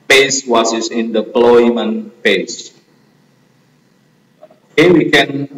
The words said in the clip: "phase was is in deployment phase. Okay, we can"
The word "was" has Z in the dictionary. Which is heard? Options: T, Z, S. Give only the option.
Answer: S